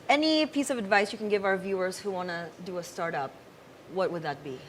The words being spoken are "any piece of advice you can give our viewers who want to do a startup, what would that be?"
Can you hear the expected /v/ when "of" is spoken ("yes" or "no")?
yes